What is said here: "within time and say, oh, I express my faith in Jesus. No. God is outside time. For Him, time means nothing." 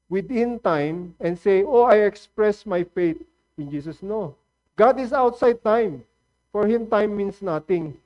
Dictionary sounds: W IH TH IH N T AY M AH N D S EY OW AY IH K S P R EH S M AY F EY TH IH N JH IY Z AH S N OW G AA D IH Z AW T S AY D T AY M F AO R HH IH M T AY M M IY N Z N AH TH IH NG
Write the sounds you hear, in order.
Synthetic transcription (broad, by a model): W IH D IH N T AY M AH N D S EY OW AY IH K S P R EH S M AY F EY T IH N JH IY S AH S N OW G AA D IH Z AW T S AY D T AY M F AO R HH IH M T AY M M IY N S N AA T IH NG